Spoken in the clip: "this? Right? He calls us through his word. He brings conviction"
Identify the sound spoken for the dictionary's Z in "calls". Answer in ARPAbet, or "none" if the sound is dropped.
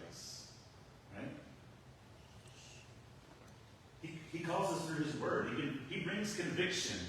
Z